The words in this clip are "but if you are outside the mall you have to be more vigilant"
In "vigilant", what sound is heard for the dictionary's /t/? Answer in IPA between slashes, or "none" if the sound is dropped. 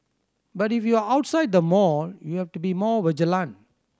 none